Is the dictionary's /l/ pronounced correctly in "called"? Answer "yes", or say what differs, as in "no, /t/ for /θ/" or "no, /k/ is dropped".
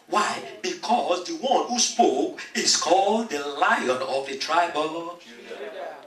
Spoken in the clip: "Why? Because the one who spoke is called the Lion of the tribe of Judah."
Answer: yes